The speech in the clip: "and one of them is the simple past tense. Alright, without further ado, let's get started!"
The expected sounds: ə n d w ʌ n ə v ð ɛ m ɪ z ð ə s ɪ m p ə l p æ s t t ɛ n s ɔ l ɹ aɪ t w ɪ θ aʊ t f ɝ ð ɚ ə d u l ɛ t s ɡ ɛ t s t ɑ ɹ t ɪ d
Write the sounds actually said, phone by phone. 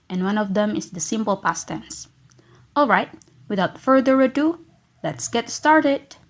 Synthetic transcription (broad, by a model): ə n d w ʌ n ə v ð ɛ m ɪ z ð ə s ɪ m p ə l p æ s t t ɛ n s ɔ l ɹ aɪ t w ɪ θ aʊ t f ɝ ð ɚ ə d u l ɛ t s ɡ ɛ t s t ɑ ɹ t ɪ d